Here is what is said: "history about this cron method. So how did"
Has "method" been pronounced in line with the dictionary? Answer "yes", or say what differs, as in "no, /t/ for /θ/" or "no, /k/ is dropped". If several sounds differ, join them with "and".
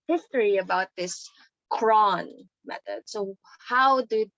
no, /t/ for /θ/